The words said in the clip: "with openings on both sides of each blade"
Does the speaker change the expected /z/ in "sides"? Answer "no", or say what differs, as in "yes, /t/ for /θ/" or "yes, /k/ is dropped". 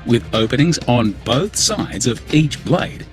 no